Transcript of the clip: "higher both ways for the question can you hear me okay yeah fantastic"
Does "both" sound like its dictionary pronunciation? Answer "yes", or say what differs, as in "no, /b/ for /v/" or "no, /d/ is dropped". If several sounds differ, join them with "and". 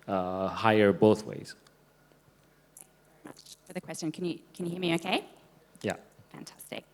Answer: yes